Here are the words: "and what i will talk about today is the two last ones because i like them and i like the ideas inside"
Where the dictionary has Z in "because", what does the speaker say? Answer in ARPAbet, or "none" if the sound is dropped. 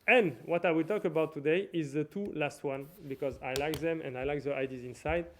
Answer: Z